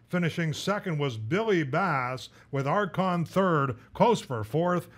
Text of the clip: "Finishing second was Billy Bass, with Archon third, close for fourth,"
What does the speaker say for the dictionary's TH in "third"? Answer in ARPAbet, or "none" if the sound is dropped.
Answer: TH